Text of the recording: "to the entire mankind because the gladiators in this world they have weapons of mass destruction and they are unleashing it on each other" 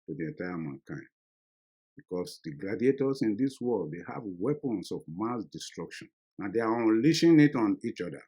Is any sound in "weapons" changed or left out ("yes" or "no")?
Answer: yes